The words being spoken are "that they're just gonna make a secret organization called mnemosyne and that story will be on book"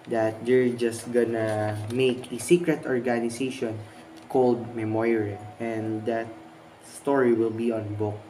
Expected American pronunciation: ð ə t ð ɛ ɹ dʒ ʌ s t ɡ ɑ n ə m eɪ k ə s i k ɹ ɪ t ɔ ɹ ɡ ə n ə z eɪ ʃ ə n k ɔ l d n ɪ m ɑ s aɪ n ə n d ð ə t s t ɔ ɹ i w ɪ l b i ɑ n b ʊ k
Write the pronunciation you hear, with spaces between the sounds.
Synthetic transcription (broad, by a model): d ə t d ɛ ɹ dʒ ʌ s t ɡ ɑ n ə m eɪ k ə s i k ɹ ɪ t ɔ ɹ ɡ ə n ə s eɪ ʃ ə n k ɔ l d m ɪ m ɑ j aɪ ə n d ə t s t ɔ ɹ i w ɪ l b i ɑ n b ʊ k